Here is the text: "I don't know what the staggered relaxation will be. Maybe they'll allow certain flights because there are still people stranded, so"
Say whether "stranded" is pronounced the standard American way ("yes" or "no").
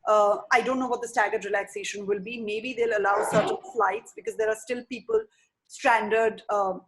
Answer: yes